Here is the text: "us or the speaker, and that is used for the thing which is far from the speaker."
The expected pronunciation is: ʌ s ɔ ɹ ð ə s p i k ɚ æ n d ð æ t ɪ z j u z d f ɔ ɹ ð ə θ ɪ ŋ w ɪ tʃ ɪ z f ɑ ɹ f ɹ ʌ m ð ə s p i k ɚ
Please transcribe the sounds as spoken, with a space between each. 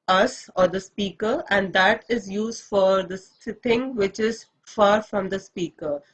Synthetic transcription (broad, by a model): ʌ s ɔ ɹ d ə s p i k ɚ æ n d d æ t ɪ z j u z d f ɔ ɹ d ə s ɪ ŋ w ɪ tʃ ɪ z f ɑ ɹ f ɹ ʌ m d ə s p i k ɚ